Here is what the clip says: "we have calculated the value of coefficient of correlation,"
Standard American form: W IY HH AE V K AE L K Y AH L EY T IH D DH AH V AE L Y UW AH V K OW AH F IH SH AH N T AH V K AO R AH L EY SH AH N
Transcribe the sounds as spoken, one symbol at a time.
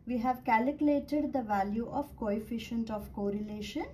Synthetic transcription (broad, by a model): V IY HH AE V K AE L K Y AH L EY T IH D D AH V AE L Y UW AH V K OW AH F IH SH AH N T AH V K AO R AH L EY SH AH N